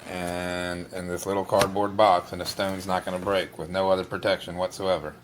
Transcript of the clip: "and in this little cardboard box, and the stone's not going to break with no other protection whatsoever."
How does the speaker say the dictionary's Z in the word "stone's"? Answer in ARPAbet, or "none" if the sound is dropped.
Z